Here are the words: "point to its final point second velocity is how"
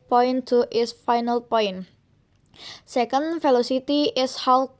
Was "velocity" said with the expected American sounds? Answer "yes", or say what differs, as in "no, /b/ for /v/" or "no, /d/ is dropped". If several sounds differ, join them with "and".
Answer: no, /f/ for /v/